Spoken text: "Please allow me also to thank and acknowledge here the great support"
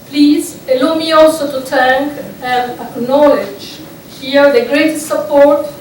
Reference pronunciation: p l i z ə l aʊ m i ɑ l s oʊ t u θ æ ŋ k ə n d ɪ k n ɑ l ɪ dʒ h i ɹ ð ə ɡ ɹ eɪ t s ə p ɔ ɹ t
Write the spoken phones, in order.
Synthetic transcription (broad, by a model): p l i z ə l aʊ m i ɑ l s oʊ t u t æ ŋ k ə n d ɪ k n ɑ l ɪ dʒ h i ɹ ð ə ɡ ɹ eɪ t s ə p ɔ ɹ t